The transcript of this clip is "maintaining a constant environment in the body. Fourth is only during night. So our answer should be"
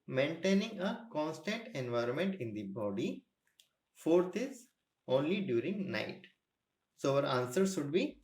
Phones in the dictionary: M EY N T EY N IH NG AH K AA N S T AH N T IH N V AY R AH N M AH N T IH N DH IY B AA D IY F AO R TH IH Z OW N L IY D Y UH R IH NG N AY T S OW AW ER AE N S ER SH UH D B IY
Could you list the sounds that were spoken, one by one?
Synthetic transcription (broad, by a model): M EY N T EY N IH NG AH K AA N S T AH N T IH N V AY R AH N M AH N T IH N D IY B AA D IY F AO R T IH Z OW N L IY D Y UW R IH NG N AY T S OW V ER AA N S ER SH UH D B IY